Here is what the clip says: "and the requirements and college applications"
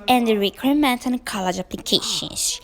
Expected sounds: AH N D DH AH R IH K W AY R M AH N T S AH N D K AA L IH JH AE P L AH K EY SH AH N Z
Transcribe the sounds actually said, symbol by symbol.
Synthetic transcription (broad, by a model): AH N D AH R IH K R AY M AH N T AH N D K AA L IH JH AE P L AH K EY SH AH N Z